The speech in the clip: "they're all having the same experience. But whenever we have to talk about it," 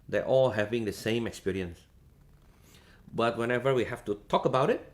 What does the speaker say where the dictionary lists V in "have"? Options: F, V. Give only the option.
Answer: F